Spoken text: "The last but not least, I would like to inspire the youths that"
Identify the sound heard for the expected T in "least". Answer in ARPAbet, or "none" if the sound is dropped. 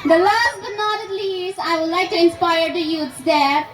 none